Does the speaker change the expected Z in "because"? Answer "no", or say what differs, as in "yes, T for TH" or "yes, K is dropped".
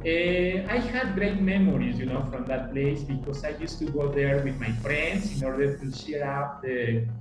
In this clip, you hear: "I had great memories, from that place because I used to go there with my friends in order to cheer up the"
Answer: yes, S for Z